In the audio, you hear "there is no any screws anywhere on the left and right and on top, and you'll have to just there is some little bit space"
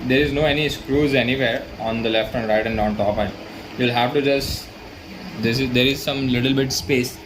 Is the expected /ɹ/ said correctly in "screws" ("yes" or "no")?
yes